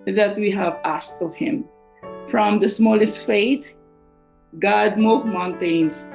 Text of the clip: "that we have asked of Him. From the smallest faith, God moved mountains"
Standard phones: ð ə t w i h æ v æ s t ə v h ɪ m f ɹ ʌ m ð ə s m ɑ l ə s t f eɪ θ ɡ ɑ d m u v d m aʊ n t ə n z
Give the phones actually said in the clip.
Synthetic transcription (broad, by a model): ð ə t w i h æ v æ s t ə v h ɪ m f ɹ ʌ m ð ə s m ɑ l ə s t f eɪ t ɡ ɑ d m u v m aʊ n t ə n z